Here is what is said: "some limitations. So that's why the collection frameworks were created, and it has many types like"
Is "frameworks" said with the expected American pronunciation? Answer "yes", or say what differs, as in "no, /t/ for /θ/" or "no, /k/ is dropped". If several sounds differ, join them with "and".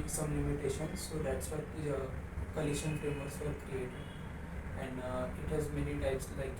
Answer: no, /k/ is dropped